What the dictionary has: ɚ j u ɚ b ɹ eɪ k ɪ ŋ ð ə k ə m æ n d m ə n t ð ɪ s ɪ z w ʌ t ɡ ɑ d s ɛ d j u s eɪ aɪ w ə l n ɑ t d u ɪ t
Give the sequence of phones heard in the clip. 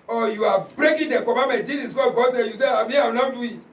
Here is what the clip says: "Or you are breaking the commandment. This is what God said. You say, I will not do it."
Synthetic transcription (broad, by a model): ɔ j u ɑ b ɹ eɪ k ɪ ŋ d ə k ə m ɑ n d m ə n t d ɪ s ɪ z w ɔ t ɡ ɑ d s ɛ j u s eɪ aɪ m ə w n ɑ d u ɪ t